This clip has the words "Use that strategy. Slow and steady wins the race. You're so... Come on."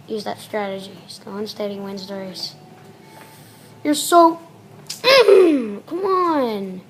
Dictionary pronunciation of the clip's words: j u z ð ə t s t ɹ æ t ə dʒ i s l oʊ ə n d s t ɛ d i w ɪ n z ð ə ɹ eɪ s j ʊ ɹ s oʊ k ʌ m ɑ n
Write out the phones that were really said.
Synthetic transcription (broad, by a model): j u z ð ə t s t ɹ æ t ə dʒ i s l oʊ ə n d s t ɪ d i w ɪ n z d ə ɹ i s j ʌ ɹ s oʊ k ʌ m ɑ n